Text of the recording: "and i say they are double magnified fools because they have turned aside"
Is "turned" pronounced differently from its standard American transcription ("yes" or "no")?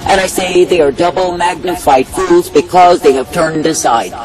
no